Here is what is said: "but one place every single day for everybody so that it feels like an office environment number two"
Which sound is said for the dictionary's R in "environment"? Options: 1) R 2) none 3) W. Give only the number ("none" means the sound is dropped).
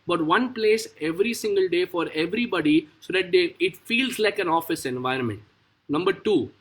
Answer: 1